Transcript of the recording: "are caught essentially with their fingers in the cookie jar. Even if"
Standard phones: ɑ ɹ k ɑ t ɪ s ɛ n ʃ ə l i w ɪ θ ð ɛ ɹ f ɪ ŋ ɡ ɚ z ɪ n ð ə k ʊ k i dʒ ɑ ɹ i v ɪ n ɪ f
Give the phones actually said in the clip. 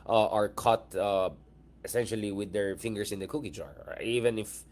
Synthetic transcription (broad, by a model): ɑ ɹ k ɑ t ɪ s ɛ n ʃ ə l i w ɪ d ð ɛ ɹ f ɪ ŋ ɡ ɚ s ɪ n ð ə k ʊ k i dʒ ɑ ɹ i v ɪ n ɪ f